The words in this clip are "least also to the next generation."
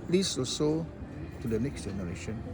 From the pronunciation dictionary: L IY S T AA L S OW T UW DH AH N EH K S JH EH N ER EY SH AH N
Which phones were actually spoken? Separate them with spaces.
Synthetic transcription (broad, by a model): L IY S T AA S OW T UW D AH N EH K S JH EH N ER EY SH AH N